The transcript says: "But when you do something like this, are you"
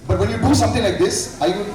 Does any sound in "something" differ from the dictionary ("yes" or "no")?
yes